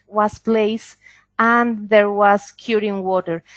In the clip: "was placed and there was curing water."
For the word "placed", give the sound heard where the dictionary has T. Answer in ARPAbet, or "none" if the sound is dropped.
none